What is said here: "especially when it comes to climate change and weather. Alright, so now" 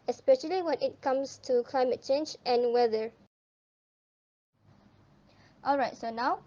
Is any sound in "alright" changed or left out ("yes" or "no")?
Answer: no